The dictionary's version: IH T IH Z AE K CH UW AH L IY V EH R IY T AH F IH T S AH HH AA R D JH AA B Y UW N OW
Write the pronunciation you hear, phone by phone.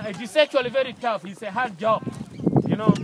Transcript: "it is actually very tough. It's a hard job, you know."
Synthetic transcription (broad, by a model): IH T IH S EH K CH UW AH L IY V EH R IY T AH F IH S AH HH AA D JH AA B Y UW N OW